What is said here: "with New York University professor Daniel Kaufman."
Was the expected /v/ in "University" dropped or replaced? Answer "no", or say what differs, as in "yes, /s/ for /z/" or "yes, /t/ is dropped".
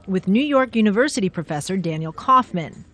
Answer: no